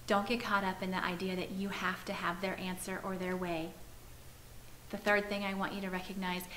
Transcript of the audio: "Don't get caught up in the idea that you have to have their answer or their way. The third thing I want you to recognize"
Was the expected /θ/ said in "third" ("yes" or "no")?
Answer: yes